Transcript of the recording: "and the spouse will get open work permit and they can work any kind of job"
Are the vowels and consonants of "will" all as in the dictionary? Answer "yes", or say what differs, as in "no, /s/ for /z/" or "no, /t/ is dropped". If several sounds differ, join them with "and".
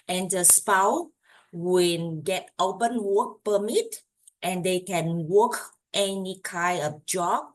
no, /n/ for /l/